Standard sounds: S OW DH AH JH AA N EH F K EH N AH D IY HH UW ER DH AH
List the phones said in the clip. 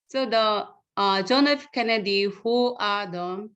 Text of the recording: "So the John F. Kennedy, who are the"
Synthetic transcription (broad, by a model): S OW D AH JH AA N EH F K EH N AH D IY HH UW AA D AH